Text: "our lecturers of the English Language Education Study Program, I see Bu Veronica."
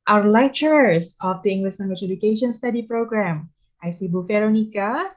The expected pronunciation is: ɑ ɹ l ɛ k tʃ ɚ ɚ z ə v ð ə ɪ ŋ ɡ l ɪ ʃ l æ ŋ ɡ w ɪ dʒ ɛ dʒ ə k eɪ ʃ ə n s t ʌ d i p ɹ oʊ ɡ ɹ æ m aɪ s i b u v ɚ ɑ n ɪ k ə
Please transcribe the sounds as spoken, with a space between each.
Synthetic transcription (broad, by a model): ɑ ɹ l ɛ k tʃ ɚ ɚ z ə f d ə ɪ ŋ ɡ l ɪ ʃ n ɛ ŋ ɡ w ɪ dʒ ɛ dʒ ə k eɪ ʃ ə n s t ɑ d i p ɹ oʊ ɡ ɹ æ m aɪ s i b u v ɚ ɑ n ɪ k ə